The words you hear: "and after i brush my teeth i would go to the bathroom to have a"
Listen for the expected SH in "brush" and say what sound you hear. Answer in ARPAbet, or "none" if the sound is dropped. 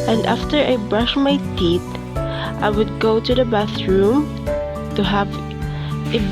SH